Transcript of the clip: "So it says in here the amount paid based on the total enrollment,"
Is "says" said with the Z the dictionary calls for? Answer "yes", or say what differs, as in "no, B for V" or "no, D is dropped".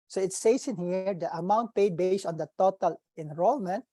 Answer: no, S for Z